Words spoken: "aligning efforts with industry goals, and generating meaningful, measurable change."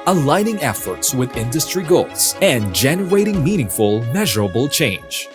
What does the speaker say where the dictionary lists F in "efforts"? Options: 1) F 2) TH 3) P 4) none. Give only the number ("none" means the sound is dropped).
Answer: 1